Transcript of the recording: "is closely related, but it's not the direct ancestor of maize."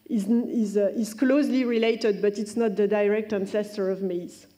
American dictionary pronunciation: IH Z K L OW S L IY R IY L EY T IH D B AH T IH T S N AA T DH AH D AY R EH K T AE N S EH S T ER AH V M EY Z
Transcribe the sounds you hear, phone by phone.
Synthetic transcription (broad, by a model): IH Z K L OW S L IY R IY L EY T IH D B AH T IH T S N AA T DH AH D AY R EH K T AE N S EH S T ER AH V M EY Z